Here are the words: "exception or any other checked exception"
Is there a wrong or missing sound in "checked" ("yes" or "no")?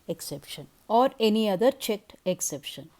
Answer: no